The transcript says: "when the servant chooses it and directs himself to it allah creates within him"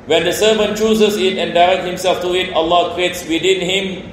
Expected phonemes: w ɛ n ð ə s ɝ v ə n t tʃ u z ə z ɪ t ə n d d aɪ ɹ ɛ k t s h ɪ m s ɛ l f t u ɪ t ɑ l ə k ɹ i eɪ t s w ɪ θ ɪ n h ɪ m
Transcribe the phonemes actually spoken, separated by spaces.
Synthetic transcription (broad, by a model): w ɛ n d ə s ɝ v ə n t tʃ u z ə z ɪ t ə n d d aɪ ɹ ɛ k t h ɪ m s ɛ l f t u ɪ t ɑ l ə k ɹ i eɪ t s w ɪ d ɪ n h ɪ m